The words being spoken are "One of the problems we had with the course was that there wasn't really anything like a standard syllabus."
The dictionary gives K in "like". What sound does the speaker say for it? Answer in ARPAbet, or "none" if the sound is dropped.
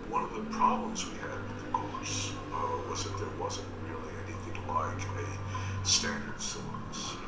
K